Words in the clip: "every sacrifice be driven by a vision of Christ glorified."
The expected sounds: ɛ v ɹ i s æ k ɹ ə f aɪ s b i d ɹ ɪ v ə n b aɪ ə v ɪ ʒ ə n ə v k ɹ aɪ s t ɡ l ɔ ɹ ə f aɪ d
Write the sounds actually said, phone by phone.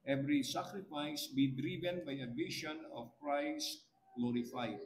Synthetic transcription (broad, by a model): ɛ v ɹ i s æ k ɹ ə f aɪ s b i d ɹ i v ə n b aɪ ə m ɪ ʃ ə n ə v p ɹ aɪ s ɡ l ɔ ɹ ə f aɪ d